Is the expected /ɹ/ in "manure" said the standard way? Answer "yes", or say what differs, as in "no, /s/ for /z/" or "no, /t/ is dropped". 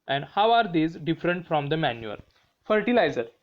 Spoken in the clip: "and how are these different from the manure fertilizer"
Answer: no, /l/ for /ɹ/